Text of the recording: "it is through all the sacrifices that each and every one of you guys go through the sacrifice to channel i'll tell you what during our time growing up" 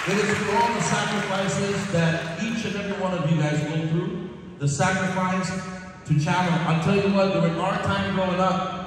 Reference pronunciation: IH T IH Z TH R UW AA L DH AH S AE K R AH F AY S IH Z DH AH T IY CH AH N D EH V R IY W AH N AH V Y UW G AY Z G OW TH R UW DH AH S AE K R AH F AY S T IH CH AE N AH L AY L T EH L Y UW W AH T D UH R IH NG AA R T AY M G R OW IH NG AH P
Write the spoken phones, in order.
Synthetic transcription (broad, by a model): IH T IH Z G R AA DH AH S AE K R AH F AY S IH Z DH AH T IY CH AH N EH V R IY W AH N AH V Y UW G AY Z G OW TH R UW DH AH S AE K R AH F AY S T IH CH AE L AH N AY L T EH L Y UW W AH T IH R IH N AA R T AY M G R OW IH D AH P